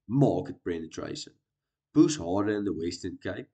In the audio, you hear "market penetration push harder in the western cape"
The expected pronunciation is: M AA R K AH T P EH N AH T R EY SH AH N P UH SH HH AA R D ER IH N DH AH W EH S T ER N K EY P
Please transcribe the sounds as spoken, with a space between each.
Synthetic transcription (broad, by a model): M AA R K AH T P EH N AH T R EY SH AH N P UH S HH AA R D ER IH N DH AH W EH S T ER N K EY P